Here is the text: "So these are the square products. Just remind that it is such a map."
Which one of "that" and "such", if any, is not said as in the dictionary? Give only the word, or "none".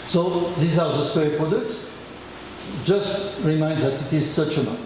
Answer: none